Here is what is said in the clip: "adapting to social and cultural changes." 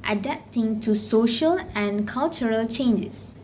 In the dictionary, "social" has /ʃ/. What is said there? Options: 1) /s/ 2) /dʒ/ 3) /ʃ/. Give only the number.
3